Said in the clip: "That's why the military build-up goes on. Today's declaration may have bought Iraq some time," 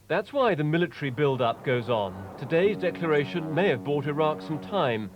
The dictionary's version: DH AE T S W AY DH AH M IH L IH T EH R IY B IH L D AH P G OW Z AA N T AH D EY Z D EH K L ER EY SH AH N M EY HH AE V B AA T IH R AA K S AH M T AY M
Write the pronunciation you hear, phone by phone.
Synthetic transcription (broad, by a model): DH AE T S W AY DH AH M IH L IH T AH R IY B IH L D AH P G OW Z N T AH D EY Z D EH K L ER EY SH AH N M EY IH V B AA T IH R AA K S AH M T AY M